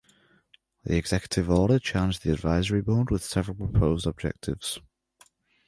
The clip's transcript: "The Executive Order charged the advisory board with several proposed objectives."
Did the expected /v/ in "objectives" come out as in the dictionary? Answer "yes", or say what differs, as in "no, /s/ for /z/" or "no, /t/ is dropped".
yes